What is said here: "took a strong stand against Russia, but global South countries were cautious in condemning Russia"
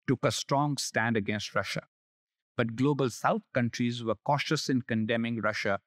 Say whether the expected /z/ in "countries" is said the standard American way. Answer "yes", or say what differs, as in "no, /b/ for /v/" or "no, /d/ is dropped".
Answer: yes